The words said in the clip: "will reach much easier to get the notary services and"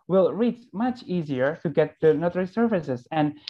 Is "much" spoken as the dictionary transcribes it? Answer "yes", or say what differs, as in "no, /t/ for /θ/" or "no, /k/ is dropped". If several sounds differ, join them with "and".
yes